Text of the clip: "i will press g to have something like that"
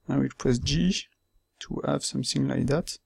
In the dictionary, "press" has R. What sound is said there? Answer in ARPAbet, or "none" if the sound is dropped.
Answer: none